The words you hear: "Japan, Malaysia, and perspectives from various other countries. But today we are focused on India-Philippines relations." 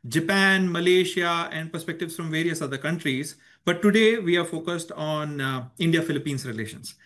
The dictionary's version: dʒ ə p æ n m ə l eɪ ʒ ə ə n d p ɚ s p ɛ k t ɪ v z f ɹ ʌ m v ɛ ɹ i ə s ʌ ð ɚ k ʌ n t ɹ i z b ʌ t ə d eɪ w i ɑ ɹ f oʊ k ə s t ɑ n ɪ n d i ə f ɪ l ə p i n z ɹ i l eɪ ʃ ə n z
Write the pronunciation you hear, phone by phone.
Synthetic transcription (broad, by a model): dʒ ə p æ n m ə l eɪ ʃ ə ə n d p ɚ s p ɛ k t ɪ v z f ɹ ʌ m v ɛ ɹ i ə s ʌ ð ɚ k ʌ n t ɹ i z b ʌ t ə d eɪ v i ɑ ɹ f oʊ k ə s t ɑ n ɪ n d i ə f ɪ l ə p i n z ɹ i l eɪ ʃ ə n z